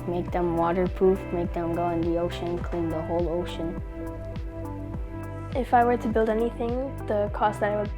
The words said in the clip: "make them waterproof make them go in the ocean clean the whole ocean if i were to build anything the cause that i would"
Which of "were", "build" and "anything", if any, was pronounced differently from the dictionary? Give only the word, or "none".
none